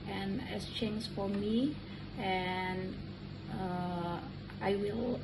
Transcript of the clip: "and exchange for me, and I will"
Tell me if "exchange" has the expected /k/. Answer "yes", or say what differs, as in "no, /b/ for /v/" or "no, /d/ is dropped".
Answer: no, /k/ is dropped